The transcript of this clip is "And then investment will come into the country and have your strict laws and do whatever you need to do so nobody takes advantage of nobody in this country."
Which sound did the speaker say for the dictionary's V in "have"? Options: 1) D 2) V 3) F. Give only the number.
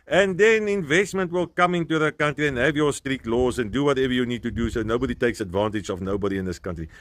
2